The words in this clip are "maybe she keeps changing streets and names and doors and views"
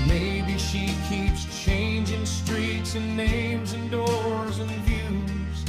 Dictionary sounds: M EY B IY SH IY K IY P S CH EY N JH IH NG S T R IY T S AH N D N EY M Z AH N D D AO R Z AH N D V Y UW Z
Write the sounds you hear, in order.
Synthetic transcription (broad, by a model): M EY B IY SH IY K IY P S CH EY N JH IH NG S T R IY T S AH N N EY M Z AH N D D AO R Z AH N V Y UW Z